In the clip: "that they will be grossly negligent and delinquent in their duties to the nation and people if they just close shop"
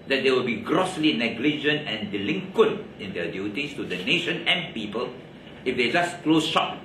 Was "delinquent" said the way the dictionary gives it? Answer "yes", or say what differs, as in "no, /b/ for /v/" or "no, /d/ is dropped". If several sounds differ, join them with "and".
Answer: yes